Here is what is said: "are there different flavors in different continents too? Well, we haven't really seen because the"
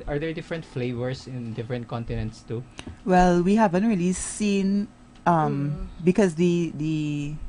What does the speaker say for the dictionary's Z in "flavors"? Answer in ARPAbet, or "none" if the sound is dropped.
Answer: S